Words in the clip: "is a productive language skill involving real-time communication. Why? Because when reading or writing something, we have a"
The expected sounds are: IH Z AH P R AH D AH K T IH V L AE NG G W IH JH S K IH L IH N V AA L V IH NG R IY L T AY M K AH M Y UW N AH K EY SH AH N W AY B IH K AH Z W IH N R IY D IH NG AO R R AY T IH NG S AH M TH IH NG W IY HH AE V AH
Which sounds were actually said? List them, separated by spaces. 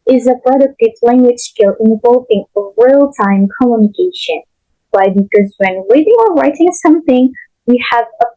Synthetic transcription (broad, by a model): IH Z AH P R AH D AH K T IH V L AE NG G W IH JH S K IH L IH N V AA L V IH NG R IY L T AY M K AH M Y UW N AH K EY SH AH N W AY B IH K AH Z W IH N W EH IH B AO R R AY T IH NG S AH M TH IH NG W IY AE V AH